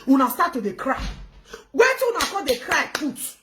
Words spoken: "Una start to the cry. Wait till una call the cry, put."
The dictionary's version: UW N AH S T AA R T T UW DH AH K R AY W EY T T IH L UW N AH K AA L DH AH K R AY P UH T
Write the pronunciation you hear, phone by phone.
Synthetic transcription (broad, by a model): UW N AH S T AA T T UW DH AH K R AY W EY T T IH W UW N AH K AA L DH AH K R AY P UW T